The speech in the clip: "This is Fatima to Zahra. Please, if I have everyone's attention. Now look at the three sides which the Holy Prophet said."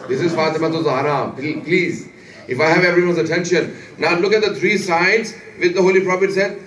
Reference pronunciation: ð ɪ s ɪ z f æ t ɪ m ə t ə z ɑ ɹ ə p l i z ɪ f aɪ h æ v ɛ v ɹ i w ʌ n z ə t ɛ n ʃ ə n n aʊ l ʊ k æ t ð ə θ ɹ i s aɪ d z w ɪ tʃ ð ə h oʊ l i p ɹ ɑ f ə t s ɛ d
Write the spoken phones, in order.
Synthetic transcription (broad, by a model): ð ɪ s ɪ z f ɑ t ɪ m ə t ə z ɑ ɹ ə p l i z ɪ f aɪ h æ v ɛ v ɹ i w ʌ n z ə t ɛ n ʃ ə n n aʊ l ʊ k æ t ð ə t ɹ i s aɪ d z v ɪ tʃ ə h oʊ l i p ɹ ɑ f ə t s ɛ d